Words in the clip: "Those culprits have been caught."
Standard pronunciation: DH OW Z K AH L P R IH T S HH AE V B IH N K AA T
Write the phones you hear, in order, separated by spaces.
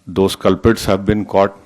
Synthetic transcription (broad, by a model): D OW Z K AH L P IH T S HH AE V B IH N K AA T